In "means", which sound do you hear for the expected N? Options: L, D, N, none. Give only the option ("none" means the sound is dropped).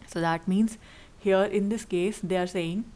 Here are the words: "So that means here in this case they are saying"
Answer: N